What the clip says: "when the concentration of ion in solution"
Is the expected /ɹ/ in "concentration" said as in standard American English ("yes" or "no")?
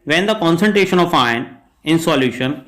yes